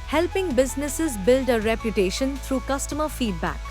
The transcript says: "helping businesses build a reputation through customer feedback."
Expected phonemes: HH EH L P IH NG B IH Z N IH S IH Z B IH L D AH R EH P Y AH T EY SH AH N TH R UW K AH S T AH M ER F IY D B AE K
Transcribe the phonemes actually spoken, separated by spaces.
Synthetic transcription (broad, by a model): HH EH L P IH NG B IH Z N IH S IH Z B IH L D AH R EH P Y AH T EY SH AH N T R UW K AH S T AH M ER F IY D B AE K